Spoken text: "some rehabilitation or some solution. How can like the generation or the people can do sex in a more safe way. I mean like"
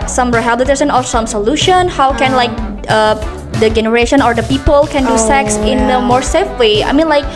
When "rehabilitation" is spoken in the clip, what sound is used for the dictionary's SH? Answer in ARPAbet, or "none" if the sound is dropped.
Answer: S